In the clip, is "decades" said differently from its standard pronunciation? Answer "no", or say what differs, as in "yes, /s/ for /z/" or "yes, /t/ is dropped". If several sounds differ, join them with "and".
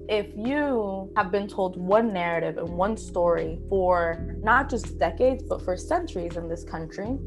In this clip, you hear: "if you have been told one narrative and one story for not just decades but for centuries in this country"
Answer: no